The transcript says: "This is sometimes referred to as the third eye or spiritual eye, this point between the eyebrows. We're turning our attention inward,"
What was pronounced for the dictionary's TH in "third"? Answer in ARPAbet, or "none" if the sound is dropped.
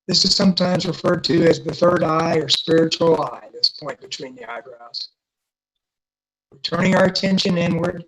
TH